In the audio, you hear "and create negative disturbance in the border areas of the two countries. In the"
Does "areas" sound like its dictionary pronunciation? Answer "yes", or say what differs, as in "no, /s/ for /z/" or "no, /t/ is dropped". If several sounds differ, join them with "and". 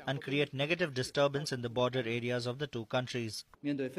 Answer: yes